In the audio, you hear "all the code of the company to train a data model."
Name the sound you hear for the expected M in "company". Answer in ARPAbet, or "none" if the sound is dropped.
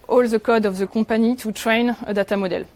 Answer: none